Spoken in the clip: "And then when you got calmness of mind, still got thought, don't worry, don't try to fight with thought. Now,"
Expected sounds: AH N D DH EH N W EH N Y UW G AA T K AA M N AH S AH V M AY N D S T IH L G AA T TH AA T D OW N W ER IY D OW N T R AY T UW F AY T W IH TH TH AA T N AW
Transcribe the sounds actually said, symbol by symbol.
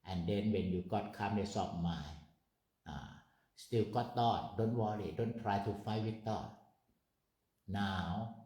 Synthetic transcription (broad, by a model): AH N D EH N W EH N Y UW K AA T K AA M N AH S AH P M AY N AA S T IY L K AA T T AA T D OW N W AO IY D OW N T R AY T UW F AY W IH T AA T N AW